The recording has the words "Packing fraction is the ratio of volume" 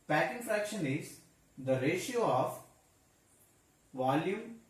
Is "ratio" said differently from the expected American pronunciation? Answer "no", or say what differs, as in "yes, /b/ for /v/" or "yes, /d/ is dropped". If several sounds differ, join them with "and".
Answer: no